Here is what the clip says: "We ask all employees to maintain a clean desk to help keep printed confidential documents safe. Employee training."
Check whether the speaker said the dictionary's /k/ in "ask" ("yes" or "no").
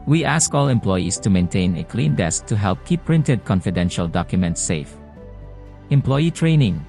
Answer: yes